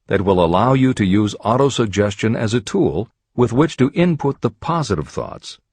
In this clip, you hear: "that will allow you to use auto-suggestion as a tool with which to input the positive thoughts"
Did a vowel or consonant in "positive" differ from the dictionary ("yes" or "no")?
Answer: no